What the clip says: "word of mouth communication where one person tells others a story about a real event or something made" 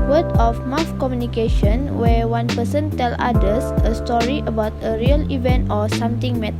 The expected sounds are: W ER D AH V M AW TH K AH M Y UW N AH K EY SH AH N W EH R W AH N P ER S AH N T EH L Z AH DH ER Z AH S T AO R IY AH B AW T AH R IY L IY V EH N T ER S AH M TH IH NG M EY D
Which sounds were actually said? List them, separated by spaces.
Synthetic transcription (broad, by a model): W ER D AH F M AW F K AH M Y UW N AH K EY SH AH N W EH W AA N P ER S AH N T EH L AA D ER S AH S T AO R IY AH B AW T AH R IY L IY V EH N T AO S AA M T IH NG M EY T